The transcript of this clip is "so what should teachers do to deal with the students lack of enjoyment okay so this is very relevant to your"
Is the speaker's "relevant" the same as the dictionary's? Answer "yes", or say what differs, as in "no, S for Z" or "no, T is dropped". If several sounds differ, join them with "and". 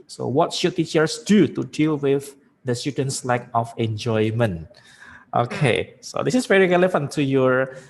no, F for V